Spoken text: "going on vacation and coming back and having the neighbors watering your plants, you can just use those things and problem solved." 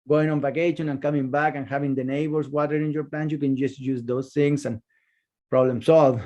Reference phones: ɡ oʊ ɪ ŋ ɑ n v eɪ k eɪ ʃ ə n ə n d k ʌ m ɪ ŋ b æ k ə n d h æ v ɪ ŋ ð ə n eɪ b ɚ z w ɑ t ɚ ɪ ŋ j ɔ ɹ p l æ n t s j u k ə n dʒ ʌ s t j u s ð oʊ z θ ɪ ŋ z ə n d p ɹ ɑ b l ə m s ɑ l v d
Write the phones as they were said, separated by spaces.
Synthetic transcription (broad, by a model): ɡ oʊ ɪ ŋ ɑ n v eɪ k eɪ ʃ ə n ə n k ʌ m ɪ ŋ b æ k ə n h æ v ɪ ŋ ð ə n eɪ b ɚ s w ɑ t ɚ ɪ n j ɔ ɹ p l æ n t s j u k ə n dʒ ʌ s t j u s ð oʊ s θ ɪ ŋ s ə n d p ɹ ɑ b l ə m s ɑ l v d